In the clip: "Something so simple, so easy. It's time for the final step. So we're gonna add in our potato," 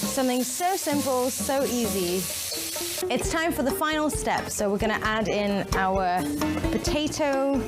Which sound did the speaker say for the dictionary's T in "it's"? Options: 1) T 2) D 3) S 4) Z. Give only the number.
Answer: 1